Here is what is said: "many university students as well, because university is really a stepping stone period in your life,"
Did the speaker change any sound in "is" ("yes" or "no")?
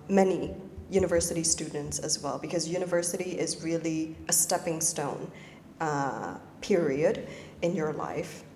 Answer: no